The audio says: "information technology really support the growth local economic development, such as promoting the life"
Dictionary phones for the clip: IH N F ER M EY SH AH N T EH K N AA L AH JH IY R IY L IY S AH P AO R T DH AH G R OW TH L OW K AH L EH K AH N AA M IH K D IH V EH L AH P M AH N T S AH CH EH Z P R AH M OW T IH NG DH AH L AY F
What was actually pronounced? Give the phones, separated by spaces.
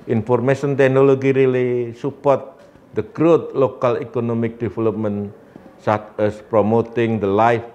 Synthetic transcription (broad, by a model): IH N F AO M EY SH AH N T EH K N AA L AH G IY R IY L IY S AH P AO R T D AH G R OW T L OW K AH L EH K AH N AA M IH K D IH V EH L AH P M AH N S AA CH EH S P R AH M OW T IH NG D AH L AY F